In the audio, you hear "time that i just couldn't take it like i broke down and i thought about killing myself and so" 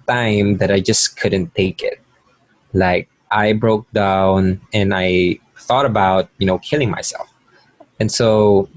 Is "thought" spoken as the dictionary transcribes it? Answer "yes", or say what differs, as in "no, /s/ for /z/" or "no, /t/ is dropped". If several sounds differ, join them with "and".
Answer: yes